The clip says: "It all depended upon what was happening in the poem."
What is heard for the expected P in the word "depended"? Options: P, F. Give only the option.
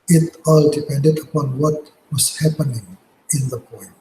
P